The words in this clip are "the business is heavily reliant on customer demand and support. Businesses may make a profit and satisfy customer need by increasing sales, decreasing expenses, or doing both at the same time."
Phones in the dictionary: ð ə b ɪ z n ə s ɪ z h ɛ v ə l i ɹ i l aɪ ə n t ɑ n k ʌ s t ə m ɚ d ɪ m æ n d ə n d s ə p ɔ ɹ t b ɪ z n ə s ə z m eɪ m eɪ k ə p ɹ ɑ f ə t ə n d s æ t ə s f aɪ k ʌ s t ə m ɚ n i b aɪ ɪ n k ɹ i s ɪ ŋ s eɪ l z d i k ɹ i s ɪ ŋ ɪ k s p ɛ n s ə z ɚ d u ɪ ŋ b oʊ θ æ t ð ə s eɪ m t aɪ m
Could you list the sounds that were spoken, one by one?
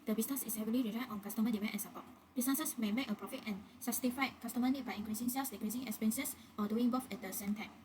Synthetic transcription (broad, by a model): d ə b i s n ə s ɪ s h ɛ v ə l i ɹ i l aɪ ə t ɑ n k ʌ s t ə m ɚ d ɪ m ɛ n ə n s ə p ɔ t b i s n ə s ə s m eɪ m eɪ k ə p ɹ ɑ f ə t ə n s s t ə f aɪ k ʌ s t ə m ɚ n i b aɪ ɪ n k ɹ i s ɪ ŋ s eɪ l s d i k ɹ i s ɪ ŋ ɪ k s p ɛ n s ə s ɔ d u ɪ ŋ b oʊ f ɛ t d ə s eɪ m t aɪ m